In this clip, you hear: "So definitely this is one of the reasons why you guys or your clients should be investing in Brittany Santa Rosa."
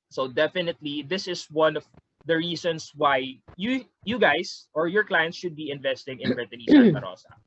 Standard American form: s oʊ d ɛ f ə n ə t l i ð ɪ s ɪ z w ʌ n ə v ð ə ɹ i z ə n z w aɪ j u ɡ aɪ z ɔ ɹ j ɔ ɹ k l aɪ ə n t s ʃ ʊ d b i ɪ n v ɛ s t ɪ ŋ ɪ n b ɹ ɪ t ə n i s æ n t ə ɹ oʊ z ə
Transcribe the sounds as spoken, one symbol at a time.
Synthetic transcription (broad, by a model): s oʊ d ɛ f ə n ə t l i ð ɪ s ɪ s w ʌ n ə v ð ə ɹ i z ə n s w aɪ j u ɡ aɪ s ɔ ɹ j ɔ ɹ k l aɪ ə n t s ʃ ʊ d b i ɪ n v ɛ s t ɪ ŋ ɪ n b ɹ ɪ t ə n i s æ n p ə ɹ oʊ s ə